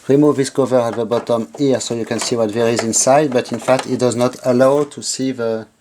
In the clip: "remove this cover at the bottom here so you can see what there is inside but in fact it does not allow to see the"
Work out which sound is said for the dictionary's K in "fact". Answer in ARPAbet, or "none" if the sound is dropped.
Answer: K